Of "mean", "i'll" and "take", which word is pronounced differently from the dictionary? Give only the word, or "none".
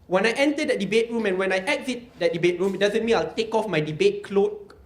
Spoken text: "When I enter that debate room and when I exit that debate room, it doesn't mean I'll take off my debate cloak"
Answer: none